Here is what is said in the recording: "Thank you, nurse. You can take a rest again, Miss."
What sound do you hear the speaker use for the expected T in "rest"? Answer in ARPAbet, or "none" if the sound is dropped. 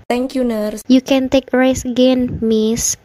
none